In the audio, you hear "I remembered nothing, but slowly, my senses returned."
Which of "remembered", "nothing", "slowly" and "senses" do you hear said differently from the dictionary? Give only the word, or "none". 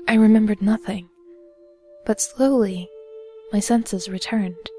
none